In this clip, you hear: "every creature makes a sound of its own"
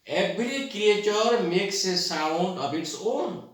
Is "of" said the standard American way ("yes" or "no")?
no